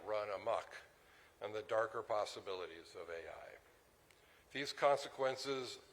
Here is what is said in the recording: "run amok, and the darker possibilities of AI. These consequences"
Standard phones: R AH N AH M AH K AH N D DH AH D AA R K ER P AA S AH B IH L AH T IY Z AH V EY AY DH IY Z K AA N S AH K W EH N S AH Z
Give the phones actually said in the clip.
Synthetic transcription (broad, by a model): R AH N AH M AH K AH N DH AH D AA R K ER P AA S AH B IH L AH T IY Z AH V EY AY DH IY Z K AA N S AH K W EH N S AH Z